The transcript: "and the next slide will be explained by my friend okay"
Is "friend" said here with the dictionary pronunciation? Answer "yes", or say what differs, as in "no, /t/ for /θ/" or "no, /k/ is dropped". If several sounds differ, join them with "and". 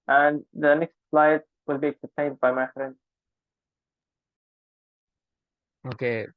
no, /d/ is dropped